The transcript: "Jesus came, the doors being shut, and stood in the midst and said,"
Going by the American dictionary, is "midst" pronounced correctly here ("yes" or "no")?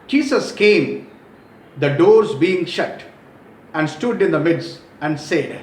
no